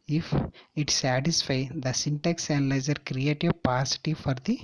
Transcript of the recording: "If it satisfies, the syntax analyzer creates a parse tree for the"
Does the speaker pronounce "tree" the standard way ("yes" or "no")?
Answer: no